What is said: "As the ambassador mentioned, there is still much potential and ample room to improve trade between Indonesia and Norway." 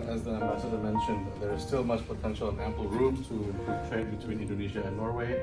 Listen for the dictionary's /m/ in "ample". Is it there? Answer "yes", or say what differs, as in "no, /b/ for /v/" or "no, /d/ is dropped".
yes